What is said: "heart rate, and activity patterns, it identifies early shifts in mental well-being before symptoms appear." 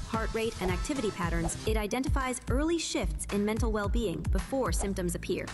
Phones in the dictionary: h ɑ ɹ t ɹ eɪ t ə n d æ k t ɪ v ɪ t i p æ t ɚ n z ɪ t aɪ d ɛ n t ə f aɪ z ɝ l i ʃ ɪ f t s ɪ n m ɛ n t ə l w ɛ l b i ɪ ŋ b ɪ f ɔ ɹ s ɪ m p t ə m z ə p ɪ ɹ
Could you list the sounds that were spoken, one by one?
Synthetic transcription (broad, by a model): h ɑ ɹ t ɹ eɪ t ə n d æ k t ɪ v ɪ t i p æ t ɚ n z ɪ t aɪ d ɛ n t ə f aɪ z ɝ l i ʃ ɪ f t s ɪ n m ɛ n t l w ɛ l b i ɪ ŋ b ɪ f ɔ ɹ s ɪ m p t ə m z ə p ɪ ɹ